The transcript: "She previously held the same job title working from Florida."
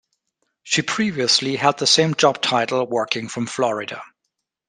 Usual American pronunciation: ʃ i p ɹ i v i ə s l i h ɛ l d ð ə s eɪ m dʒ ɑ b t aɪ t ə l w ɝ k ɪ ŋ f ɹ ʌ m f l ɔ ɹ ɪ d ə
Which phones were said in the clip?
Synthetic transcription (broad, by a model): ʃ i p ɹ i v i ə s l i h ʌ d ð ə s eɪ m dʒ ɑ b t aɪ t l w ɝ k ɪ ŋ f ɹ ʌ m f l ɔ ɹ ɪ d ə